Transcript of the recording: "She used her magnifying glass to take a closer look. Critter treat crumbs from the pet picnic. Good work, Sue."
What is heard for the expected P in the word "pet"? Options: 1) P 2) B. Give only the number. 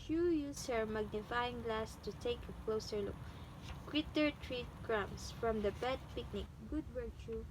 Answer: 2